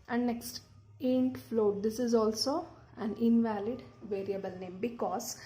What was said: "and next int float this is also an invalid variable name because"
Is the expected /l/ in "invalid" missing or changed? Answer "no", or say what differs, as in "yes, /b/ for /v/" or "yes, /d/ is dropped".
no